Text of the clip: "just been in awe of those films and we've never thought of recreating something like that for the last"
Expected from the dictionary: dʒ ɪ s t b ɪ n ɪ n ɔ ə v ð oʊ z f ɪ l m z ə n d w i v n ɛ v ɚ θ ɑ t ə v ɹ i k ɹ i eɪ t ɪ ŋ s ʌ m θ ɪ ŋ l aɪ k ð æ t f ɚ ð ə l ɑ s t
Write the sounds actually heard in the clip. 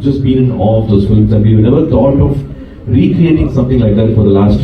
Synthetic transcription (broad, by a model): dʒ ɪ s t b ɪ n ɪ n ɔ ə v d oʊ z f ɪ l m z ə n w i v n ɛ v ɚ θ ɑ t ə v ɹ i k ɹ i eɪ t ɪ ŋ s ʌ m t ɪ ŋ l aɪ k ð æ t f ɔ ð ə l ɑ s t